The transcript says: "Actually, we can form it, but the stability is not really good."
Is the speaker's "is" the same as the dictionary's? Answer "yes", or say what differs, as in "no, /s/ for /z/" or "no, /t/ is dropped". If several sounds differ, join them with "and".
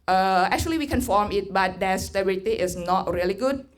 no, /s/ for /z/